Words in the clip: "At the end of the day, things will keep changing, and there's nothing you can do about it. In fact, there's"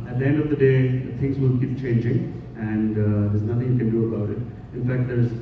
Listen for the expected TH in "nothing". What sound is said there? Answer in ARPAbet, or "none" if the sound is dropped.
T